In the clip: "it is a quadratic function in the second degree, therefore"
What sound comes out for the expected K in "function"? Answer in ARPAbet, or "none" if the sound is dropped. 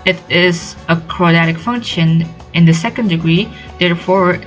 K